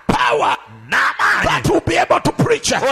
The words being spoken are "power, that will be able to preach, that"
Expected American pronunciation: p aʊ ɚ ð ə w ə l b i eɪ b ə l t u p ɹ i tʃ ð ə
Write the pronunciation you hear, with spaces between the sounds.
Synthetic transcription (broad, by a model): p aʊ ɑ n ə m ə n b i eɪ b ə l t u p ɹ i tʃ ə